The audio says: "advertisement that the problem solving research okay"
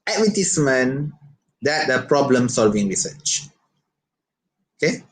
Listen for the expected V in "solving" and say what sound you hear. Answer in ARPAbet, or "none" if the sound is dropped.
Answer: V